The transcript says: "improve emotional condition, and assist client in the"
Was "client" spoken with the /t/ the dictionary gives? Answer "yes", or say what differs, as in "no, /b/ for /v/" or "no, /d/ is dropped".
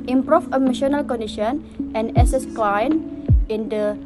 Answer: no, /t/ is dropped